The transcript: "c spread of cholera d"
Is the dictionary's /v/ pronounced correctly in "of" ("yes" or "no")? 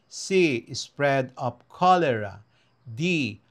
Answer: no